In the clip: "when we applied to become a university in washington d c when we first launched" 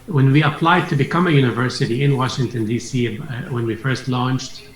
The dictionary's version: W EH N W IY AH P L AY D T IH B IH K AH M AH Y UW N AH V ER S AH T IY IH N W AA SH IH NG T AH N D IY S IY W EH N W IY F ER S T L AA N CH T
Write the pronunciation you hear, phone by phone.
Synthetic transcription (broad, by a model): W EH N W IY AH P L AY D T IH B IH K AH M AH Y UW N AH V ER S AH T IY IH N W AA SH IH NG T AH N D IY S IY W EH N W IY F ER S T L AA N CH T